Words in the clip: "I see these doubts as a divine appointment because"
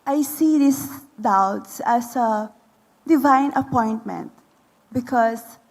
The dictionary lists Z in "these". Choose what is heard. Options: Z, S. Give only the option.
S